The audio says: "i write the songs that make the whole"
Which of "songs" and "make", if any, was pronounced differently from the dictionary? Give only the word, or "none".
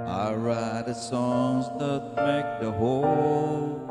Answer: none